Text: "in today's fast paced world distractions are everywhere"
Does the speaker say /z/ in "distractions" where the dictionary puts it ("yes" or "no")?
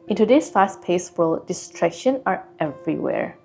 no